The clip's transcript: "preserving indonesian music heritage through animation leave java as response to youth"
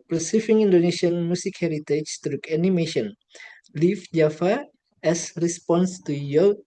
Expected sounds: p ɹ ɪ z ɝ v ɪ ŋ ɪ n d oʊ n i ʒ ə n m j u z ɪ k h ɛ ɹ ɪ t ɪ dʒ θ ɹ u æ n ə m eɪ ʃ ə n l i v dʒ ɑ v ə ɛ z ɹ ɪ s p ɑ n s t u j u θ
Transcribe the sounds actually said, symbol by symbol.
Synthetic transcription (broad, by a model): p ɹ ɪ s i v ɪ ŋ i n d oʊ n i ʃ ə n m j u s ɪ k h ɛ ɹ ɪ t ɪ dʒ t ɹ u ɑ n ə m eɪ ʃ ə n l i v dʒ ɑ f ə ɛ s ɹ ɪ s p ɑ n s t u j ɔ